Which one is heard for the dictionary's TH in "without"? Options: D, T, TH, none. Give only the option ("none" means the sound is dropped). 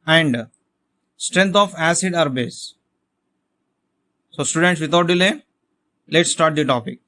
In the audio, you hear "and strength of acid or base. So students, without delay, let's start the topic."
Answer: T